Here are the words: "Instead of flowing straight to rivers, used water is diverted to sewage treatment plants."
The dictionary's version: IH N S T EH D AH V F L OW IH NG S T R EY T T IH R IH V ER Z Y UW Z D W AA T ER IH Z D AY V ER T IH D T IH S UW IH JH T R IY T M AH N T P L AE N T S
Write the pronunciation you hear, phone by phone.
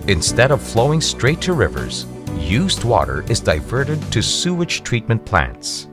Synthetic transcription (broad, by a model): IH N S T EH D AH V F L OW IH NG S T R EY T T IH R IH V ER Z Y UW Z D W AA T ER IH Z D AY V ER T IH D T IH S UW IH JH T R IY T M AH N P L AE N T S